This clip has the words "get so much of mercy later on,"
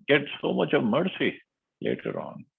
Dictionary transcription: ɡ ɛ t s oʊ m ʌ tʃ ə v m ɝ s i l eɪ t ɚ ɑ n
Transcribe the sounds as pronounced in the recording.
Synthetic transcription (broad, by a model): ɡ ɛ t s oʊ m ʌ tʃ ə v m ɝ s i l eɪ t ɚ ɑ n